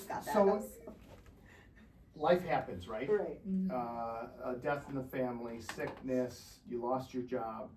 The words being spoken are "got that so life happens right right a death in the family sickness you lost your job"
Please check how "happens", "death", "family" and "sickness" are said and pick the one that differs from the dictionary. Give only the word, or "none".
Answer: none